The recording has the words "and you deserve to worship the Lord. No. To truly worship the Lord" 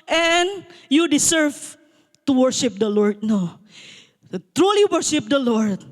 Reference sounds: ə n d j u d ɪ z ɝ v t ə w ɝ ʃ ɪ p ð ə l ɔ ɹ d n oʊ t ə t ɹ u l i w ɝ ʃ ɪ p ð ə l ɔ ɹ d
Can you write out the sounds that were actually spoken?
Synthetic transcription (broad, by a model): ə n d j u d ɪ s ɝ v t ə w ɝ ʃ ɪ p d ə l ɔ ɹ d n oʊ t t ɹ u l i w ɝ ʃ ɪ p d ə l ɔ ɹ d